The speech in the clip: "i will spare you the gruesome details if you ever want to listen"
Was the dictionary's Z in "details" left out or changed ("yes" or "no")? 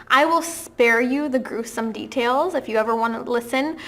no